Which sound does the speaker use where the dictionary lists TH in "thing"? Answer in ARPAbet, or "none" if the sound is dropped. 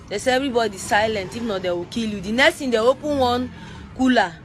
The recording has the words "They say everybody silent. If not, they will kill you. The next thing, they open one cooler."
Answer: T